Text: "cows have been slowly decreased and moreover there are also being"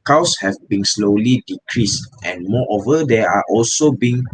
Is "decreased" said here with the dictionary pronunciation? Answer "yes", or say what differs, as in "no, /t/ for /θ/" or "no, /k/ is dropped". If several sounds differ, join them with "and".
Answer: yes